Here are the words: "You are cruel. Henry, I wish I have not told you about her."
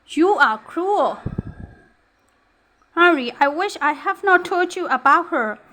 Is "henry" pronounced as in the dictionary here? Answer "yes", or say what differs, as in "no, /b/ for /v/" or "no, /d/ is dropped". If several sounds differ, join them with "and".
no, /n/ is dropped